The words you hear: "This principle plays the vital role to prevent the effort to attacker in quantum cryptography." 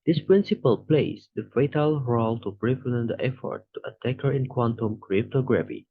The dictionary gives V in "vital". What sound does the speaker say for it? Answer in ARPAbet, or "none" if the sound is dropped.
F